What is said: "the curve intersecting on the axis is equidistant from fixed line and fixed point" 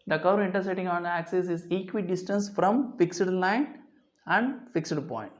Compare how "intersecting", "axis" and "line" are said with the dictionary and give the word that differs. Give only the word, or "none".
intersecting